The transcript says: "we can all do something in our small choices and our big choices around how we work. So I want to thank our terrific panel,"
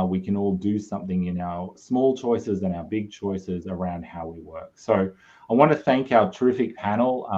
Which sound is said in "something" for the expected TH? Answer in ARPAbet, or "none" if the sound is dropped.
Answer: TH